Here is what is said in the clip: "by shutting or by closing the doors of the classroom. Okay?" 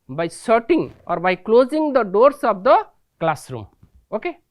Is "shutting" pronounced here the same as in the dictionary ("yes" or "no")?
no